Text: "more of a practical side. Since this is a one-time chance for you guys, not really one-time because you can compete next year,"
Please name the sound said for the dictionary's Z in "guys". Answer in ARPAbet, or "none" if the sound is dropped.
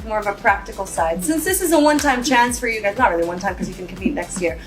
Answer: Z